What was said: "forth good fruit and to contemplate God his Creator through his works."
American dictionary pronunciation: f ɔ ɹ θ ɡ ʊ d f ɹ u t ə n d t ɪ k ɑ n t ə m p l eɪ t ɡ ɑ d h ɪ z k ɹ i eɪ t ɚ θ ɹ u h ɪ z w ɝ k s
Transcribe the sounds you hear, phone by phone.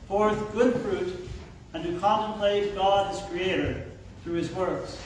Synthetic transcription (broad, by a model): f ɔ ɹ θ ɡ ʊ d f ɹ u t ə n t ɪ k ɑ n t ə m p l eɪ t ɡ ɑ d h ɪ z k ɹ i eɪ t ɚ θ ɹ u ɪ z w ɝ k s